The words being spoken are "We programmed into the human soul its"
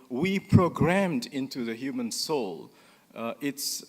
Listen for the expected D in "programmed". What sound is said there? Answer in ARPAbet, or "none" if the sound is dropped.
D